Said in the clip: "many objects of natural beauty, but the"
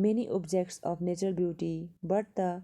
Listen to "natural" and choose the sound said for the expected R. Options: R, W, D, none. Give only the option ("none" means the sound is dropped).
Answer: none